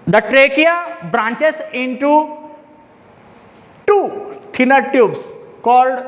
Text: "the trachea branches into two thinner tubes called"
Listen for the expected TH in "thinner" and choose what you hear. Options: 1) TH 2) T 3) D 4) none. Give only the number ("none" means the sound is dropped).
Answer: 2